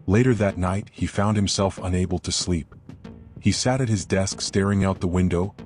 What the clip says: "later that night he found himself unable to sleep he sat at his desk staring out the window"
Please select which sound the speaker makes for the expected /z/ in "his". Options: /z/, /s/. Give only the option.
/z/